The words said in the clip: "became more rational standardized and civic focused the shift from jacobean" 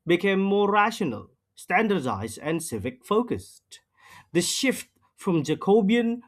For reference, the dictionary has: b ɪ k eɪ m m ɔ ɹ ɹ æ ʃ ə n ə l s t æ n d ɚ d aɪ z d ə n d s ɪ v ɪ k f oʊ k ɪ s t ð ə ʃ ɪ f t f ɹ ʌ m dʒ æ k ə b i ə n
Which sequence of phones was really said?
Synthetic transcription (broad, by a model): b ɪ k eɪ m m ɔ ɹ ɹ æ ʃ ə n ə l s t æ n d ɚ d aɪ z d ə n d s ɪ v ɪ k f oʊ k ɪ s t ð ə ʃ ɪ f t f ɹ ʌ m dʒ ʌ k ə b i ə n